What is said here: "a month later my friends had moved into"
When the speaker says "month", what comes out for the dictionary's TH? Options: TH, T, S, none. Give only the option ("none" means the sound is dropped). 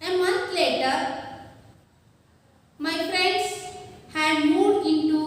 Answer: T